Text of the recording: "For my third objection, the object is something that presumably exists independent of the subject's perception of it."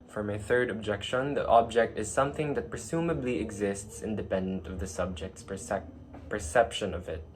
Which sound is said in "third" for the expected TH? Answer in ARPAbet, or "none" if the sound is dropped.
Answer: TH